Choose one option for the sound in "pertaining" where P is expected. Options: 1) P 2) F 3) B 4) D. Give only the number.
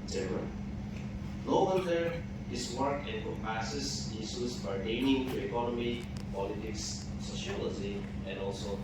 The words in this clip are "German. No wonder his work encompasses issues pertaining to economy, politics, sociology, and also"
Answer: 3